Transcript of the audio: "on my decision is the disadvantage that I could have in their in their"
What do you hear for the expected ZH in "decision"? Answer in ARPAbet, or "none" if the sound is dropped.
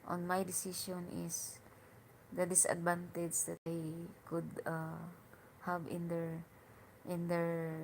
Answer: SH